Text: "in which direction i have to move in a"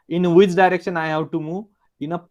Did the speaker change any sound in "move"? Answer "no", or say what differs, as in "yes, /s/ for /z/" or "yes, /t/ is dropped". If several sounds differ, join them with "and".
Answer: yes, /v/ is dropped